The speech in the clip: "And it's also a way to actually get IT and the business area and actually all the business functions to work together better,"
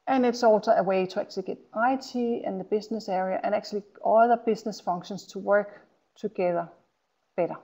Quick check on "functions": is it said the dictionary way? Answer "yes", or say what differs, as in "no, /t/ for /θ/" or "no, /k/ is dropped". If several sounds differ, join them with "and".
no, /k/ is dropped and /s/ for /z/